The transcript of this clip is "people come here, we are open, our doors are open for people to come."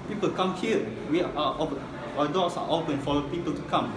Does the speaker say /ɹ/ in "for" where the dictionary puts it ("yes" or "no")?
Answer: no